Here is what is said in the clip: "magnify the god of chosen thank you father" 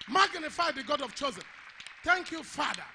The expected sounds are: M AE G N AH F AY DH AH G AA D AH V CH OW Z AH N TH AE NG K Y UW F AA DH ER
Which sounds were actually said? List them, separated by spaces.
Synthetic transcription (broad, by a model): M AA G N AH F AY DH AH G AA D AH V CH OW Z AH N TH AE NG K Y UW F AA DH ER